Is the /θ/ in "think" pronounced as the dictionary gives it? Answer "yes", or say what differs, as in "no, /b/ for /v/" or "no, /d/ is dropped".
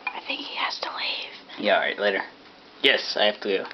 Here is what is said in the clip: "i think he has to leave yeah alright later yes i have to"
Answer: yes